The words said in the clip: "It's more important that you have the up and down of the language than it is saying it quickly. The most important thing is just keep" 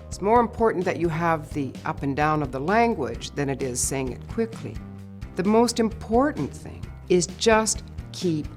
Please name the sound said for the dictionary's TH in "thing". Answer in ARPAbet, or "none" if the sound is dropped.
TH